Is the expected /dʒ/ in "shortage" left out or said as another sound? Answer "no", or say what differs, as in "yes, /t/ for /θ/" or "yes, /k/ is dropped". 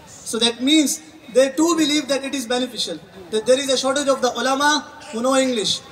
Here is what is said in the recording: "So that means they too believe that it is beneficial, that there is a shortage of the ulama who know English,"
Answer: no